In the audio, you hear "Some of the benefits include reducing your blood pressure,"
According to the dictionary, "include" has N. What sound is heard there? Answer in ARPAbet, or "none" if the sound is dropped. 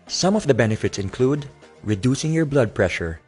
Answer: N